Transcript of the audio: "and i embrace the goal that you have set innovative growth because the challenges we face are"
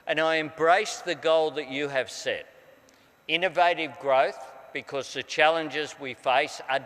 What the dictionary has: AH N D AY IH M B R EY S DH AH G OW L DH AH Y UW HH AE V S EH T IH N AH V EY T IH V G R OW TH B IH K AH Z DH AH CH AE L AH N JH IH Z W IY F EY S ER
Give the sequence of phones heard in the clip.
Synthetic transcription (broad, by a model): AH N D AY IH M B R EY S DH AH G OW L DH AH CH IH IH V S EH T IH N AH V EY T IH V G R OW TH B IH K AH Z DH AH CH AE L AH N JH IH Z W IY F EY S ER